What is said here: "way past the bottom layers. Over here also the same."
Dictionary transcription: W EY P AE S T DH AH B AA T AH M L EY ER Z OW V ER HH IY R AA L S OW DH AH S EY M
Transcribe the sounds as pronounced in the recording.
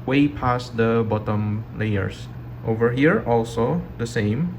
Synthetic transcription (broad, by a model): W EY P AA S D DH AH B AA T AH M L EY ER S OW V ER HH IY R AA L S OW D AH S EY M